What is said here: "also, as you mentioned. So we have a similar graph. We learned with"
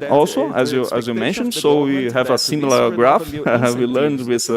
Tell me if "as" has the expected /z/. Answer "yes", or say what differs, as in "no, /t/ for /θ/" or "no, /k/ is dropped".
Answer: yes